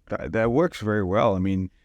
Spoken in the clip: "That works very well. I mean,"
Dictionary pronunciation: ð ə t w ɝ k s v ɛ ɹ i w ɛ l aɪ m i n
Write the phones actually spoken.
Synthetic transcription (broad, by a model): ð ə t w ɝ k s v ɛ ɹ i w ɛ l aɪ m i n